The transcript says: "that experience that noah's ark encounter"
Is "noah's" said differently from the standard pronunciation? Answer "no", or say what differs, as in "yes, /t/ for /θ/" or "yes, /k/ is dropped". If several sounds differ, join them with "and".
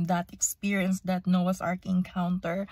yes, /s/ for /z/